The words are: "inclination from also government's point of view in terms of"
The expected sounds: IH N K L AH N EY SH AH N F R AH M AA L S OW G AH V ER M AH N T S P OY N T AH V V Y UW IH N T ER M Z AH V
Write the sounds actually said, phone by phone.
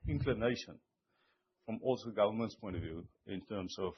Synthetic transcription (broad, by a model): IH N K L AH N EY SH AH N F R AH M AA L S OW G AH V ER M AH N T S P OY N T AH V V Y UW IH N T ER M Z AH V